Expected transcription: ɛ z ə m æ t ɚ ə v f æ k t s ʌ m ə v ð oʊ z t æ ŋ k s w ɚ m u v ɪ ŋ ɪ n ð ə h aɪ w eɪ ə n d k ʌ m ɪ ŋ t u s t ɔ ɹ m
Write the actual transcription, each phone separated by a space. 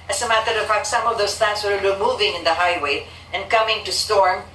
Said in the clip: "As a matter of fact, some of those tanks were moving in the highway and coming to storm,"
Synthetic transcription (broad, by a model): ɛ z ə m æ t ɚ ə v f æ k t s ʌ m ə v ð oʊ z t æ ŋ s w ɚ m u v ɪ ŋ ɪ n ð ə h aɪ w eɪ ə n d k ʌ m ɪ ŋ t u s t ɔ ɹ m